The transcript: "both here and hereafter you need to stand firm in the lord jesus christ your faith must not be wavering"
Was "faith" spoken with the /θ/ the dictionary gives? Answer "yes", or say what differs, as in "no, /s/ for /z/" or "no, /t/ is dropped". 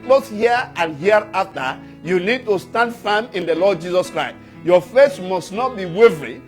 no, /s/ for /θ/